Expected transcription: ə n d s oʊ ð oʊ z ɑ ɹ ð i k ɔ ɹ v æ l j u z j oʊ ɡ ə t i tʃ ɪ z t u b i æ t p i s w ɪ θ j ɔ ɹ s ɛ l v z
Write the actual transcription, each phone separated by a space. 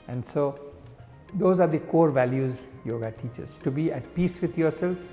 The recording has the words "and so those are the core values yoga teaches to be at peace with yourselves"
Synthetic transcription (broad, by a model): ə n d s oʊ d oʊ z ɑ ɹ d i k ɔ ɹ v æ l j u z j oʊ ɡ ə t i tʃ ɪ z t u b i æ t p i s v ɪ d j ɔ ɹ s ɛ l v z